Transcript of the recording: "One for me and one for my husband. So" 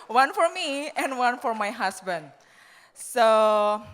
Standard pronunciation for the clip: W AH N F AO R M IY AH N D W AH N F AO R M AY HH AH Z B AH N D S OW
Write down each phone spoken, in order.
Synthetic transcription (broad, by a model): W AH N F AO R M IY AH N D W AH N F AO R M AY HH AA S B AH N D S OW